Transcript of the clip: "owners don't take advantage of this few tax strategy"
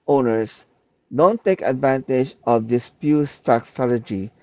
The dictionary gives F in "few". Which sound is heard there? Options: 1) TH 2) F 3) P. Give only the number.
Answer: 3